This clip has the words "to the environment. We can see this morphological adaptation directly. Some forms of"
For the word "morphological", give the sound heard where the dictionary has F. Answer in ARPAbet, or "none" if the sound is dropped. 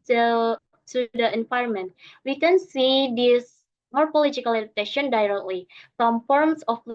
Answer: P